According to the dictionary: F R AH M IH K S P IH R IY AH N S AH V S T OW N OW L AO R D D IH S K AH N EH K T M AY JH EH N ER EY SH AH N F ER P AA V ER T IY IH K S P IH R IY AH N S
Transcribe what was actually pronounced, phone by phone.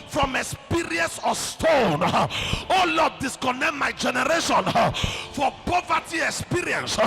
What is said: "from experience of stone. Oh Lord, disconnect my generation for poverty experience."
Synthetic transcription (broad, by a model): F R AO M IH K S P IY R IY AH N S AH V S T OW N OW L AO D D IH S K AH N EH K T M AY JH EH N ER EY SH AH N F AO P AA V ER T IY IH K S P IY R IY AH N S